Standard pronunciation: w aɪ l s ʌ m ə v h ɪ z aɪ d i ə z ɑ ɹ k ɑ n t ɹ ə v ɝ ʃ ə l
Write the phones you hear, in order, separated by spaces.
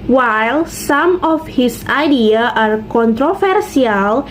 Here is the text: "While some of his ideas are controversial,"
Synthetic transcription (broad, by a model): w aɪ l s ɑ m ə f h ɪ s aɪ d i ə ɑ ɹ k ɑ n t ɹ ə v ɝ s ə l